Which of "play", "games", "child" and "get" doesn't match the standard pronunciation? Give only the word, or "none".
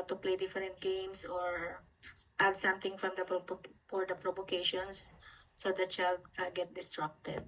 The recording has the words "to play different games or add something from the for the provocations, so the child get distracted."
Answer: games